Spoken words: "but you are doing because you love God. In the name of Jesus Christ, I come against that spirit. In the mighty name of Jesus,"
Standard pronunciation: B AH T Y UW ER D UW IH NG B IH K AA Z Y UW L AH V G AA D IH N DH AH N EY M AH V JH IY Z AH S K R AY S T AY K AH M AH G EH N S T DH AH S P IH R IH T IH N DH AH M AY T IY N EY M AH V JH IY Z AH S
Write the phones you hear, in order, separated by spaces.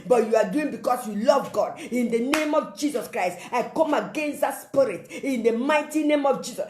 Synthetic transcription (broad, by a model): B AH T Y UW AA D UW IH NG B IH K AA S Y UW L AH V G AA D IH N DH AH N EY M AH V JH IY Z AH S K R AY S T AY K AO M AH G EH N S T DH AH S P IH R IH T IH N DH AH M AY T IY N EY M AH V JH IY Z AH S